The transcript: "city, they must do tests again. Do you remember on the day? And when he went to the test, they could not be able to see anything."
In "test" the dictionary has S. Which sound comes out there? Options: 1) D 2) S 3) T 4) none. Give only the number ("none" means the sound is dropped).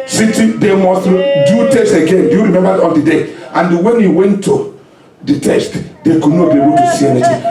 2